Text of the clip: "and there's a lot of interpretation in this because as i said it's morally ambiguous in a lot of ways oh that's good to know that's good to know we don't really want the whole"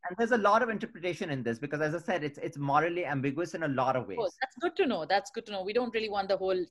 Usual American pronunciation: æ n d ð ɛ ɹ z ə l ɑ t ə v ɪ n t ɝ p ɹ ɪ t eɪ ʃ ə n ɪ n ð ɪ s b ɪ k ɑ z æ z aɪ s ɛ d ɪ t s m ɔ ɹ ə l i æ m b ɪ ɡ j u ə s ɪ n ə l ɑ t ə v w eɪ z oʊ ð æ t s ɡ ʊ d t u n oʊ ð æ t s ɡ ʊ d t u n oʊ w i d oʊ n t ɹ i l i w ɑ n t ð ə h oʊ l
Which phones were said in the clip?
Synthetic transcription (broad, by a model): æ n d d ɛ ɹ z ə l ɑ t ə v ɪ n t ɝ p ɹ ɪ t eɪ ʃ ə n ɪ n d ɪ s b ɪ k ɑ z æ z aɪ s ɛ d ɪ t s m ɔ ɹ ə l i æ m b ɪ ɡ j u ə s ɪ n ə l ɑ t ə v eɪ oʊ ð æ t s ɡ ʊ d t u n oʊ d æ t s ɡ ʊ d t u n oʊ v i d oʊ n t ɹ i l i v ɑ n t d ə h oʊ l